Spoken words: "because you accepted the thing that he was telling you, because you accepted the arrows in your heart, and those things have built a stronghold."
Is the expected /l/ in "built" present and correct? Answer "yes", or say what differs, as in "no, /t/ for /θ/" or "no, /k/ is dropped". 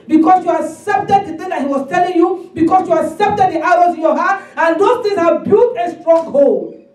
no, /l/ is dropped